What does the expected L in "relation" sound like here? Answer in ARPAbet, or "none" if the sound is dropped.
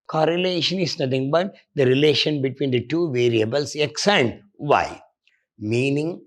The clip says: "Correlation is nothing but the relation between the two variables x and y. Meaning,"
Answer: L